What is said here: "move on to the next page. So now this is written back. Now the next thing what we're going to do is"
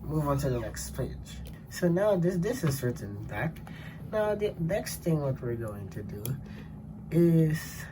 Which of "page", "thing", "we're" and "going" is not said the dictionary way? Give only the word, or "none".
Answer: none